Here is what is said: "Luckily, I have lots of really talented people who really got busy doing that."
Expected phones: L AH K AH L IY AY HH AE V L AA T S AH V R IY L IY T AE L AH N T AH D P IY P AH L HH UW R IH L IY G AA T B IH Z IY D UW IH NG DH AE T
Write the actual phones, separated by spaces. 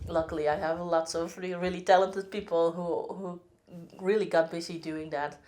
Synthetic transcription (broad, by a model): L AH K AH L IY AY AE V L AA T S AH V R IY L IY T AE L AH N T AH D P IY P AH L HH UW R IH L IY G AA T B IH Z IY D UW IH NG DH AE T